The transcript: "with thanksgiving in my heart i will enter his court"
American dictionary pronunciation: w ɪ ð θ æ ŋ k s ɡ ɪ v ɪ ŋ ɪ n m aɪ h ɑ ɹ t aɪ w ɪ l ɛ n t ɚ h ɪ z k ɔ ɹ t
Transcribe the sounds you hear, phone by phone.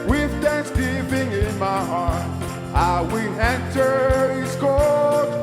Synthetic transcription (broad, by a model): w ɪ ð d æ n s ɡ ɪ p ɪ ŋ ɪ n m aɪ h ɑ ɹ t aɪ w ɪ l ɛ n t ɚ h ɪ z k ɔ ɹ